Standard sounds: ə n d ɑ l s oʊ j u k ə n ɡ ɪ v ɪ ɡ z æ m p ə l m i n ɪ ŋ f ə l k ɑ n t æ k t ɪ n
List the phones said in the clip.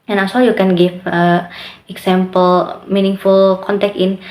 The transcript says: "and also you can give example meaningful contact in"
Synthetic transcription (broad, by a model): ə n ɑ s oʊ j u k ə n ɡ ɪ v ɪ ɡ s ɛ m p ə l m i n ɪ ŋ f ə l k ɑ n t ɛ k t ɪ n